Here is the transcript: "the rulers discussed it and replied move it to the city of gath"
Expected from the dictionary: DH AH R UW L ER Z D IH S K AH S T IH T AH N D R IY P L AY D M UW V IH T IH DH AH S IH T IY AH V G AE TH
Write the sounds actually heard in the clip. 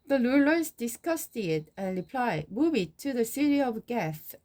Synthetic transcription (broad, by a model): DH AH L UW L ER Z D IH S K AH S T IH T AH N R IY P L AY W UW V IH T IH DH AH S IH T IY AH V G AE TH